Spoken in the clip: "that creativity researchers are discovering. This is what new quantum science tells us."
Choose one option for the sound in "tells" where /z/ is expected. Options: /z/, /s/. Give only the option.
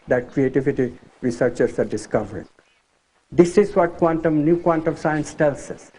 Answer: /s/